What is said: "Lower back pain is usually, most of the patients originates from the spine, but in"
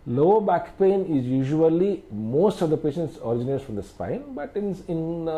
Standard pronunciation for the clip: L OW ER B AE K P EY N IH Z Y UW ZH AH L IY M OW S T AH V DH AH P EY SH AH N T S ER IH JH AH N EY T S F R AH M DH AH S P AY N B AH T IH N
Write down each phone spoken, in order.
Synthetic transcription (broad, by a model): L OW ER B AE K P EY N IH Z Y UW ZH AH L IY M OW S T AH V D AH P EY SH AH N T S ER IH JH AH N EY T F R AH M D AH S P AY N B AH T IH N